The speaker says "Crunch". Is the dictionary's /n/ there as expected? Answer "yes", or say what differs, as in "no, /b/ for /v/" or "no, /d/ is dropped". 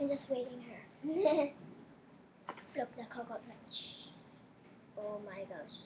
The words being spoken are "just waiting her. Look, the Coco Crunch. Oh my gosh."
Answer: no, /n/ is dropped